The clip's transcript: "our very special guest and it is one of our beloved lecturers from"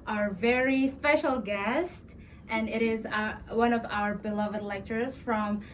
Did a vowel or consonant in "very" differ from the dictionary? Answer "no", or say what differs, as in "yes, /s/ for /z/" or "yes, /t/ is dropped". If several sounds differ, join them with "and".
no